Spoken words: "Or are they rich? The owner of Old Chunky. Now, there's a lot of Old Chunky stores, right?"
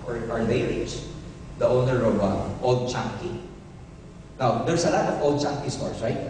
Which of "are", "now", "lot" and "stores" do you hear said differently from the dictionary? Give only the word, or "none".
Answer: stores